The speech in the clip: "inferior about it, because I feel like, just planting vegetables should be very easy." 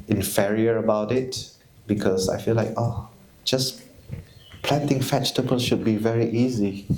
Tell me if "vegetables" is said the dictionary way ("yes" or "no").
no